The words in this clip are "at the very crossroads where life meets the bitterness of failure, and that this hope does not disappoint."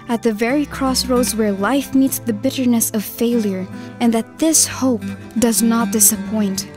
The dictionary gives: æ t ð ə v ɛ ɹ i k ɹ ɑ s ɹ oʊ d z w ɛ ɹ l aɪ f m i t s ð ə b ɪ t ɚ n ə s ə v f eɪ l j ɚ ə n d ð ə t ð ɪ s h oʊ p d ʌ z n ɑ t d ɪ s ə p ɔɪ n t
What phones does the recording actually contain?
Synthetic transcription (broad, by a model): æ t ð ə v ɛ ɹ i k ɹ ɑ s ɹ oʊ d z w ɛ ɹ l aɪ f m i t s ð ə b ɪ t ɚ n ə s ə v f eɪ l j ɚ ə n ð ə t ð ɪ s h oʊ p d ʌ z n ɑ t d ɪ s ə p ɔɪ n t